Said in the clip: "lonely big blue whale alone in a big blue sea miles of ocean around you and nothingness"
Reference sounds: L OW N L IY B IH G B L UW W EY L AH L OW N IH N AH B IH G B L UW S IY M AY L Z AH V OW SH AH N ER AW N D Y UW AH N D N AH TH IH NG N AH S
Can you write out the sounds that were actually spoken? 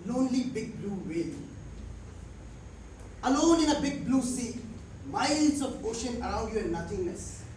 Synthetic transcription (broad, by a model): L OW N L IY B IH G B L UW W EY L AH L OW N IH N AH B IH G B L UW S IY M AY L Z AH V OW SH AH N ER AW N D Y UW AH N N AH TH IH NG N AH S